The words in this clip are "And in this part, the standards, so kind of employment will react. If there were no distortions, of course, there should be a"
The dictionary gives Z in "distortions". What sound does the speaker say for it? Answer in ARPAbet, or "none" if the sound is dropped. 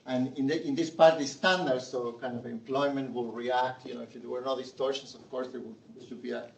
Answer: S